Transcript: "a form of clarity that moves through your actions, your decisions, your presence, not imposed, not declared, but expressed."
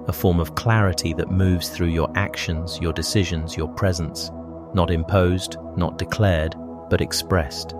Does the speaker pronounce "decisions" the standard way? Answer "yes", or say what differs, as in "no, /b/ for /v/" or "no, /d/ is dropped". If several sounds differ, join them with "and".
yes